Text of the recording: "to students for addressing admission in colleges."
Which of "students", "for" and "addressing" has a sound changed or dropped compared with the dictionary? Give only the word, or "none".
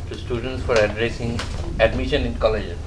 none